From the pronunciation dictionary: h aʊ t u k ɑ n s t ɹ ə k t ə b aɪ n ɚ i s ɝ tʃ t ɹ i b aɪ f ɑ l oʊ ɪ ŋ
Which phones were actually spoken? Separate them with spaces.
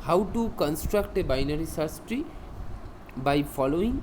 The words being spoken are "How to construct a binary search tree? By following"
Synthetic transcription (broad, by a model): h aʊ t u k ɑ n s t ɹ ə k t ə b aɪ n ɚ i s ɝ s t ɹ i b aɪ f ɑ l oʊ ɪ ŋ